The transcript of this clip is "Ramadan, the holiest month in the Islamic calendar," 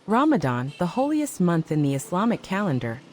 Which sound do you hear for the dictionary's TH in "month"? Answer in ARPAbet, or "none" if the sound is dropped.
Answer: TH